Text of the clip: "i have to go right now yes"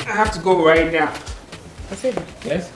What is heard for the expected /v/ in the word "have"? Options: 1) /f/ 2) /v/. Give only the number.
1